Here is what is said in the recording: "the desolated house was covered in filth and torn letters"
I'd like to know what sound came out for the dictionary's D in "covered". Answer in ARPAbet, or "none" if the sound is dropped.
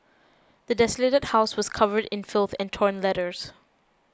D